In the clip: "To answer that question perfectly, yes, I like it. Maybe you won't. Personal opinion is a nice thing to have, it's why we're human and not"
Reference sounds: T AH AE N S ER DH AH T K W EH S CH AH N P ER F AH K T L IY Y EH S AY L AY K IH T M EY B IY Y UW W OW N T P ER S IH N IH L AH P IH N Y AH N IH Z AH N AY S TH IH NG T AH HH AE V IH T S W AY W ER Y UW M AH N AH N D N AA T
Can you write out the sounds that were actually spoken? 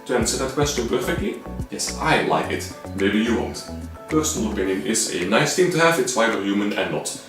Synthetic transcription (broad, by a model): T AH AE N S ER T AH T K W EH S CH AH N P ER F AH K T L IY Y EH S AY L AY K IH T M EY B IY Y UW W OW N T P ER S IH N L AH P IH N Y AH N IH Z AH N AY S T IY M T AH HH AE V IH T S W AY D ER Y UW M AH N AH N N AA T